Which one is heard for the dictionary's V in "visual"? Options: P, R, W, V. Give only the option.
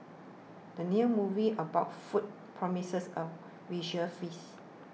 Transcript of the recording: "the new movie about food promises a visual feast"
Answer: W